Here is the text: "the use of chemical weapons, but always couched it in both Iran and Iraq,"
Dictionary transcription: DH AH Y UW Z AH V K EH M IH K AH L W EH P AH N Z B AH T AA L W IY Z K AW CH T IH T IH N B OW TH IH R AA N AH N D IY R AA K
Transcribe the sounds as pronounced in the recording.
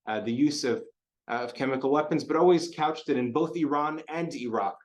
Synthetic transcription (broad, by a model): DH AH Y UW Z AH V K EH M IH K L W EH P AH N Z B AH T AA L W IY Z K AW CH T IH T IH N B OW TH IH R AA N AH N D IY R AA K